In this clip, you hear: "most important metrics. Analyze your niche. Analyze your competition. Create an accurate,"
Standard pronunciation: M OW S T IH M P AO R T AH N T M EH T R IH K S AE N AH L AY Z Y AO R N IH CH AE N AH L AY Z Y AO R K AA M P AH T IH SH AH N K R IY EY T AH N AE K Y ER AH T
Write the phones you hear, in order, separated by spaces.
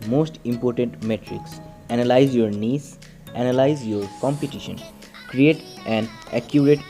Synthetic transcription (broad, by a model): M OW S T IH M P AO R T AH N T M EH T R IH K S AE N AH L AY Z Y AO R N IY S AE N AH L AY Z Y AO R K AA M P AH T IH SH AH N K R IY EY T AH N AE K Y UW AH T